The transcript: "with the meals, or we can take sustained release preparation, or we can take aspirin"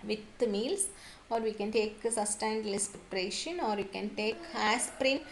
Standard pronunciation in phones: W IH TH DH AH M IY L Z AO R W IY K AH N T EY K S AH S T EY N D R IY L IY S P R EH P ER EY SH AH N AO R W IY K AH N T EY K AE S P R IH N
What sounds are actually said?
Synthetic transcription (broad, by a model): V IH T M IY L S AO R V IY K AH N T EY K S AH S T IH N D L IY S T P R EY SH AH N AO R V IY K AH N T EY K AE S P R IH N